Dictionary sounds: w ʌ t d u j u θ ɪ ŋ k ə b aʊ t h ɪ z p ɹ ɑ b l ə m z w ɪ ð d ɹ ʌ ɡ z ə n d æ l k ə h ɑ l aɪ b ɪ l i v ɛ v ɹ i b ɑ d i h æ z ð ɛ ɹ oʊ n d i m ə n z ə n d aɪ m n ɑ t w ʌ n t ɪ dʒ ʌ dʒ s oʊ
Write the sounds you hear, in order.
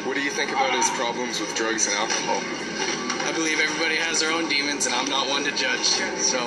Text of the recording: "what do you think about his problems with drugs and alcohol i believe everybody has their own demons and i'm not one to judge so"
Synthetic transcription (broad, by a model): w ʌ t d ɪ j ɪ θ ɪ ŋ k ə b aʊ t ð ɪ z p ɹ ɑ b l ə m z w ɪ ð d ɹ ʌ ɡ z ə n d æ l k ə h ɑ l aɪ b ɪ l i v ɛ v ɹ i b ɑ d i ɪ z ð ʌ ɹ oʊ n d i m ə n z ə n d aɪ m n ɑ t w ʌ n t ɪ dʒ ʌ dʒ s oʊ